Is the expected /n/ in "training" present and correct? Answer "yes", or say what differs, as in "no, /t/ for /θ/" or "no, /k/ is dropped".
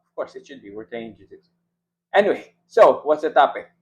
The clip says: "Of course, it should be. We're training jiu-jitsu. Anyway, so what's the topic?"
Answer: no, /n/ is dropped